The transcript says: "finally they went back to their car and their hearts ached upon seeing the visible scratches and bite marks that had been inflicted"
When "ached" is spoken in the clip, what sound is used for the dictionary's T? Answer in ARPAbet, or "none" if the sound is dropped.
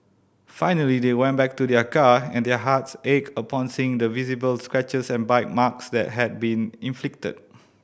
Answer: none